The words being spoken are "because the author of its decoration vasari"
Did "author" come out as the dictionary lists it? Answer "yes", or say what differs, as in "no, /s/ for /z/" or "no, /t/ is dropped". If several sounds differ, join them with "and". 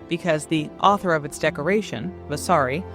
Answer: yes